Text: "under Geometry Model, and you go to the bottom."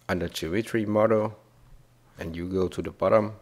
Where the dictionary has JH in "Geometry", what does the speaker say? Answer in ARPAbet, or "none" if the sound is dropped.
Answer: CH